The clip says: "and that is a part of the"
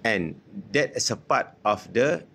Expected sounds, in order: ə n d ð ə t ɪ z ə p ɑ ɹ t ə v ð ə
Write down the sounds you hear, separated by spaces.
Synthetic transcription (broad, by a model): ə n d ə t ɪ s ə p ɑ t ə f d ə